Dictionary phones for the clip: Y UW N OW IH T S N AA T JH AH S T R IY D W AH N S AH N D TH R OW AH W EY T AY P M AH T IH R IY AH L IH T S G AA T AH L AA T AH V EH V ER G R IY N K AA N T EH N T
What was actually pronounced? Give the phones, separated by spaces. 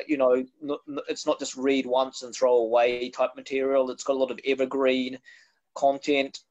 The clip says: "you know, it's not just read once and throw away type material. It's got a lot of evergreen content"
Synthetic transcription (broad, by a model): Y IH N OW IH T S N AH T JH AH S T R IY D W AH N S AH N TH R OW AH W EY T AY P M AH T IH R IY L IH T S G AA T AH L AA T AH V EH V ER G R IY N K AA N T EH N T